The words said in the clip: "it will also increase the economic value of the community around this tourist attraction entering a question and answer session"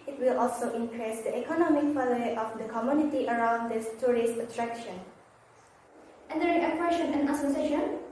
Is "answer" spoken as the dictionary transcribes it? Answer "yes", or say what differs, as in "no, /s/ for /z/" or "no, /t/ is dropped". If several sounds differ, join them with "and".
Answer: no, /n/ is dropped